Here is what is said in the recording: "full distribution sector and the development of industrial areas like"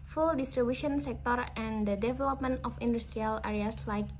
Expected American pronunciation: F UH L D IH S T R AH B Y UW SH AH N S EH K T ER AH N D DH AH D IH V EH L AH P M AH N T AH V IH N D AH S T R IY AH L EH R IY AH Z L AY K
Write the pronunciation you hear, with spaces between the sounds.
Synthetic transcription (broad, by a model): F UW L D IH S T R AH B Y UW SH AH N S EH K T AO AH N D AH D IH V EH L AH P M AH N T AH F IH N D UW S T R IY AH L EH R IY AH S L AY K